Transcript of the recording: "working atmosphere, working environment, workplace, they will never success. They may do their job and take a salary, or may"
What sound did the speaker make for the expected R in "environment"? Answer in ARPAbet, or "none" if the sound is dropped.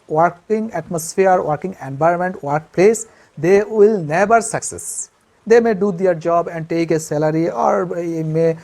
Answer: none